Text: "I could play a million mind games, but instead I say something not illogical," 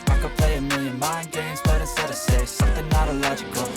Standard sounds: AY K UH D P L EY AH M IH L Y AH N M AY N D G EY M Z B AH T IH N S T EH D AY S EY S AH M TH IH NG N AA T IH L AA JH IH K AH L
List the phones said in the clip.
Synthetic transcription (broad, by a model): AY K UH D P L EY AH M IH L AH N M AY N G EY M Z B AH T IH S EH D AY S EY S AH M TH IH NG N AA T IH L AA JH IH K L